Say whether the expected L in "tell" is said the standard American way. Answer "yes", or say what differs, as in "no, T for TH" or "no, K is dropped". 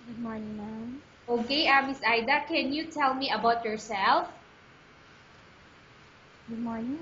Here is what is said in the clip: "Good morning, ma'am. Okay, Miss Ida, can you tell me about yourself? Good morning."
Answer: yes